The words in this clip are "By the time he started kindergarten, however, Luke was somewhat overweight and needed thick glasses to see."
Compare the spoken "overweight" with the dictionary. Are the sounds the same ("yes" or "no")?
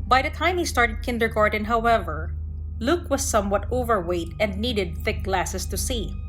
yes